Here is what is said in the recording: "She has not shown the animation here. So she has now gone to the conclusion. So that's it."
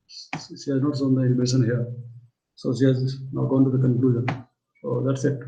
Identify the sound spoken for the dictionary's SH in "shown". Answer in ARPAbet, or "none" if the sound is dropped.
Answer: S